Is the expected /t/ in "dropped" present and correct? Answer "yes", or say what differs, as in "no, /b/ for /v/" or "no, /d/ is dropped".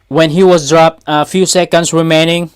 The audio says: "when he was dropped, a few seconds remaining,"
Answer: yes